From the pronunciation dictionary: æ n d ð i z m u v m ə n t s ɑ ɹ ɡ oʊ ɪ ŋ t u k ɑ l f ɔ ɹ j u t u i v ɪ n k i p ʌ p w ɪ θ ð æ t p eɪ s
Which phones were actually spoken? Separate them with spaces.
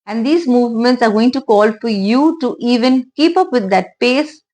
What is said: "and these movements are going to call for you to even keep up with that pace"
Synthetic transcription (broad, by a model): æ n d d i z m u v m ə n t s ɑ ɹ ɡ oʊ ɪ ŋ t u k ɑ l f ɔ ɹ j u t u i v ɪ n k i p ʌ p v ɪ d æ t p eɪ s